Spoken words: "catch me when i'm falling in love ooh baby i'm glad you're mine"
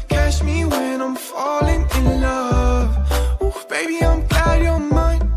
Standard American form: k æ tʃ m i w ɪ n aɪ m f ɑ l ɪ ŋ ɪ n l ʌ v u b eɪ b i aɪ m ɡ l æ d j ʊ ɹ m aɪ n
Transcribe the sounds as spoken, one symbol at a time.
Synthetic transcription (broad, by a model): k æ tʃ m i w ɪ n aɪ m f ɑ l ɪ ŋ ɪ n l ʌ v b eɪ b i aɪ m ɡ æ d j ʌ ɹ m aɪ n